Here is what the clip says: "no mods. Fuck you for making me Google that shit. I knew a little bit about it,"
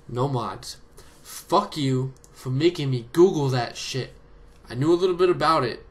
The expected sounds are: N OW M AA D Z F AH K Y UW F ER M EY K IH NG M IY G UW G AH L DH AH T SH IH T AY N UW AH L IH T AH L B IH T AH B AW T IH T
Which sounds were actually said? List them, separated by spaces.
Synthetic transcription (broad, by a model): N OW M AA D F AH K Y UW F ER M EY K IH NG M IY G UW G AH L DH AH T SH IH T AY N UW AH L IH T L B IH T AH B AW T IH T